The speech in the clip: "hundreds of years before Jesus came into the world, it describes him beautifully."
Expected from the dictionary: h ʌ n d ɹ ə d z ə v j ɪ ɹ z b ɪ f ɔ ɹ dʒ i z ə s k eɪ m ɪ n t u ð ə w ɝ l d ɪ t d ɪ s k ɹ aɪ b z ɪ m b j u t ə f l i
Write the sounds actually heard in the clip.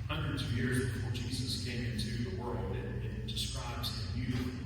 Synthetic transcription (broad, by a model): h ʌ n d ɹ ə d z ə v j ɪ ɹ z b ɪ f ɔ ɹ dʒ i z ə s k eɪ m ɪ n t u ð ə w ɝ l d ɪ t d ɪ s k ɹ aɪ b z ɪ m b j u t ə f